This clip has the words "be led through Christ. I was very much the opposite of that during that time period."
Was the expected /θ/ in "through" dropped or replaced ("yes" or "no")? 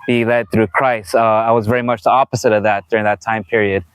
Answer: no